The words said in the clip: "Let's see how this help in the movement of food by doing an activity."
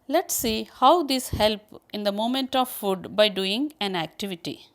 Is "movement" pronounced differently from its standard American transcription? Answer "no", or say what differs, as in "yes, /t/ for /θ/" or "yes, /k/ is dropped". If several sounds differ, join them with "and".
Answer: yes, /v/ is dropped